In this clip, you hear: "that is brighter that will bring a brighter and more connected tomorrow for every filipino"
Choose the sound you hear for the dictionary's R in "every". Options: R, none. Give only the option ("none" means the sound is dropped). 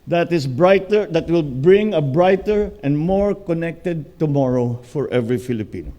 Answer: R